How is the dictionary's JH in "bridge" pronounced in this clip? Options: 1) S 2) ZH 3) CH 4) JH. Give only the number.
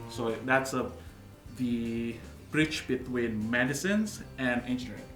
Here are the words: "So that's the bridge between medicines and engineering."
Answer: 3